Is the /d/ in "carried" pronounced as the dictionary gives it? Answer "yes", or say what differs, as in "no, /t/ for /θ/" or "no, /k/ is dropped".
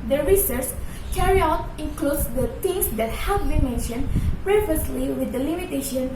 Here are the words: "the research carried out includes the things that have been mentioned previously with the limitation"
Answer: no, /d/ is dropped